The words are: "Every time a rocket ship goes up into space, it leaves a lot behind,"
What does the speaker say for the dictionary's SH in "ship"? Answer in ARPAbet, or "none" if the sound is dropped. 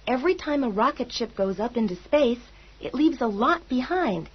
SH